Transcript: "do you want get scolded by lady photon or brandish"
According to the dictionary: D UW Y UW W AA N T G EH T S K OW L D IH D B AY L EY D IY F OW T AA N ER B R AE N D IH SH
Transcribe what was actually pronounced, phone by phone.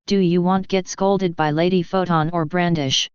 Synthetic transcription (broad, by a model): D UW Y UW W AA N T G EH T S K OW L D IH D B AY L EY D IY F OW T AA N ER B R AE N D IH SH